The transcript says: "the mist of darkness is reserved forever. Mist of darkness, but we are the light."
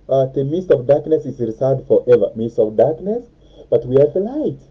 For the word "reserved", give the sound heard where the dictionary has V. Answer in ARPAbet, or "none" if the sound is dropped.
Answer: none